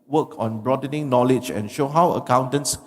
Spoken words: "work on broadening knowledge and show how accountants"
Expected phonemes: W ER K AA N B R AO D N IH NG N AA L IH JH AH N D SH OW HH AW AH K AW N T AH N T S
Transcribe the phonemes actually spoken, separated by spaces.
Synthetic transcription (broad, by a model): W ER K AA N B R AO D N IH NG N AA L IH JH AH N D SH OW HH AW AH K AW N T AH N S